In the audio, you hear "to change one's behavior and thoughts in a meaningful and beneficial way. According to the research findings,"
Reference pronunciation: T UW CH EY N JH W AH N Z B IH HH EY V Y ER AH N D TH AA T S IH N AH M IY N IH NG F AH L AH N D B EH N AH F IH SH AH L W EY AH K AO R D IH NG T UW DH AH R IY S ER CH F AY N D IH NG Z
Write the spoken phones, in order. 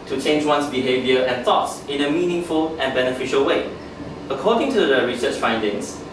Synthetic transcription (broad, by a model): T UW CH EY N JH W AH N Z B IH HH EY V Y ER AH N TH AA T S IH N AH M IY N IH NG F AH L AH N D B EH N AH F IH SH AH L W EY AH K AO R D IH NG T UW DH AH R IY S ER CH F AY N D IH NG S